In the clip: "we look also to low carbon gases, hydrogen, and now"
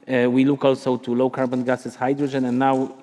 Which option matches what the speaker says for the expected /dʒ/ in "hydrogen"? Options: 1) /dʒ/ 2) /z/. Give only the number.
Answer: 1